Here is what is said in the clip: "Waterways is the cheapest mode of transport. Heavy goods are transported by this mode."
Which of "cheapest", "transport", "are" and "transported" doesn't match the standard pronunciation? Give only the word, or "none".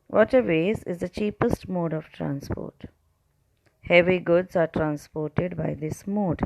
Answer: none